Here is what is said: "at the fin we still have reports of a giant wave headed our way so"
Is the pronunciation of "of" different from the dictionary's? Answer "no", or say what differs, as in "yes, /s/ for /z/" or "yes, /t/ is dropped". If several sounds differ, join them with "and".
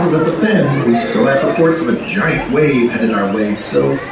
no